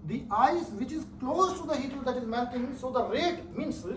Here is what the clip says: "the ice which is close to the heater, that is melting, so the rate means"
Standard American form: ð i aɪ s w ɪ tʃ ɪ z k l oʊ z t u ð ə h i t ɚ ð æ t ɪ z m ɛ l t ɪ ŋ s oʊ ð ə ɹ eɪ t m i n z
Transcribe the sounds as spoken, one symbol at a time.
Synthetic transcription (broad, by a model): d i aɪ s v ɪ tʃ ɪ z k l oʊ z t u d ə h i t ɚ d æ t ɪ z m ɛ n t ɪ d s oʊ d ə ɹ eɪ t m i n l